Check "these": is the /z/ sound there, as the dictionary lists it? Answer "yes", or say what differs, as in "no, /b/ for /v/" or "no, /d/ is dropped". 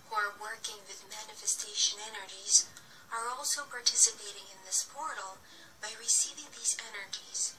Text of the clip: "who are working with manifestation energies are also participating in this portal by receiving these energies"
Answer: yes